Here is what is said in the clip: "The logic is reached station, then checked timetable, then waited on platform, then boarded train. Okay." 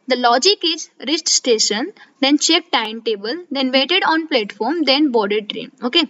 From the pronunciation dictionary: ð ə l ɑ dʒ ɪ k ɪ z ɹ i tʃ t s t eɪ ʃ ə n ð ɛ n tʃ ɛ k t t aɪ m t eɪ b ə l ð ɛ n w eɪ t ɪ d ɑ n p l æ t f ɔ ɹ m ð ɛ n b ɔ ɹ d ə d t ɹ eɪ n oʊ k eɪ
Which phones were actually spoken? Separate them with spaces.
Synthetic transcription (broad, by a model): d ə l ɑ dʒ ɪ k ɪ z ɹ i s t s t eɪ ʃ ə n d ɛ n tʃ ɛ k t t aɪ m t eɪ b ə l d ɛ n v eɪ t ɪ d ɑ n p l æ t f ɔ ɹ m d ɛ n b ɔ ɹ d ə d t ɹ eɪ n oʊ k eɪ